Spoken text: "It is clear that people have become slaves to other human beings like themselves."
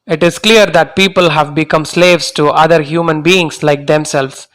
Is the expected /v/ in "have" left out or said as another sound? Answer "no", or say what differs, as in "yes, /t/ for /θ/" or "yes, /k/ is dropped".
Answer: no